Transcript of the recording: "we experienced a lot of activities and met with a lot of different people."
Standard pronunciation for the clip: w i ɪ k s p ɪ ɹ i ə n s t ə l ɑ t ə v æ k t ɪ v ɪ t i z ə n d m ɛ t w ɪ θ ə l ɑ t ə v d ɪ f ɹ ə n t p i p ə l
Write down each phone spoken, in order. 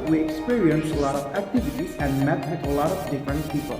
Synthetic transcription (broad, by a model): w i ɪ k s p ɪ ɹ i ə n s ə l ɑ t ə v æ k t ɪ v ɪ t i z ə n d m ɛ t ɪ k ə l ɑ t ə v d ɪ f ɹ ə n t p i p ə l